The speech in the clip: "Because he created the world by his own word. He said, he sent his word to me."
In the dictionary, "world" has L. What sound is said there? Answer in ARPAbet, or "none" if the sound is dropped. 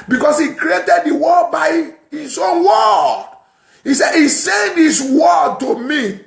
none